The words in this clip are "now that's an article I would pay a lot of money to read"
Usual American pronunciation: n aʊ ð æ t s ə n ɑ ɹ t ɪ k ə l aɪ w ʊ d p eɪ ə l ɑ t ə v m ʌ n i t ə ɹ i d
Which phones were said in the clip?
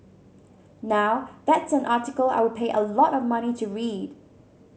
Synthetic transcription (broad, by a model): n aʊ ð æ t s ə n ɑ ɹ t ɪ k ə l aɪ w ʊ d p eɪ ə l ɑ t ə v m ʌ n i t ə ɹ i d